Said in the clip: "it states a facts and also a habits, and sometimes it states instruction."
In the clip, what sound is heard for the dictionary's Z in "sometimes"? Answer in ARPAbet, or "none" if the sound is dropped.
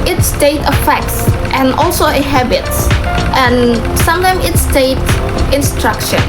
none